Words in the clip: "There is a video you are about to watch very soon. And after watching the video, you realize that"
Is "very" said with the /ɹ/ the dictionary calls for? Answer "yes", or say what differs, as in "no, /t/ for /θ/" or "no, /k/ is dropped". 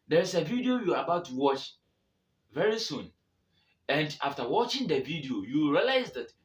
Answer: yes